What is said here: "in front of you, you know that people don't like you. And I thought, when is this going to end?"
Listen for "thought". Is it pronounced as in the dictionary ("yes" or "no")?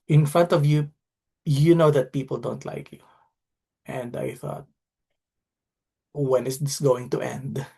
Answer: yes